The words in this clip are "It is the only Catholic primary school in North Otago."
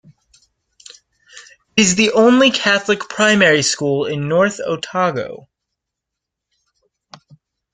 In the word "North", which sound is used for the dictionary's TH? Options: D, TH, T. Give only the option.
TH